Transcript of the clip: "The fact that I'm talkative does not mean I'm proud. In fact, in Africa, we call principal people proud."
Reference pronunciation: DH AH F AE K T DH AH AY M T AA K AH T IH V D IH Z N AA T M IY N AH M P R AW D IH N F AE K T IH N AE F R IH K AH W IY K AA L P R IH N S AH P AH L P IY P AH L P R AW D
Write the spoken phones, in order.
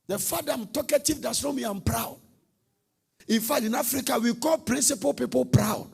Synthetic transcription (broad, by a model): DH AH F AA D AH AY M T AA K AH T IH V D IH S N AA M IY AH M P R AW D IH N F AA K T IH N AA F R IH K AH W IY K AA L P R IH N S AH P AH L P IY P AH L P R AW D